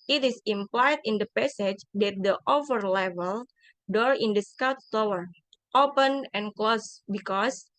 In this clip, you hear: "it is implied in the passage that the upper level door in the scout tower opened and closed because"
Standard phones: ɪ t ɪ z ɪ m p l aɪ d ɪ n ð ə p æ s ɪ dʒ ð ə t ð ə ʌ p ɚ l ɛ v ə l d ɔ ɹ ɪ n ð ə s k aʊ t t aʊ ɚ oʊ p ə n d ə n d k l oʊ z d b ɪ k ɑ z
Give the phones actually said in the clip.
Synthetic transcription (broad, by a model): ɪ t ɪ s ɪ m p l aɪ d ɪ n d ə p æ s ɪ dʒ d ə t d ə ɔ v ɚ l ɛ v ə l d ɔ ɹ ɪ n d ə s k aʊ t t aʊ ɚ oʊ p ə n ə n k l oʊ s b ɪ k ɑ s